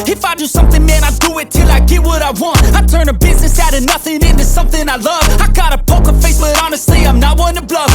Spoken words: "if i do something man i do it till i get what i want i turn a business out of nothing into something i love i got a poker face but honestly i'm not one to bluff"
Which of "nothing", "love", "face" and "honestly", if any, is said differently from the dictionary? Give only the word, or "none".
honestly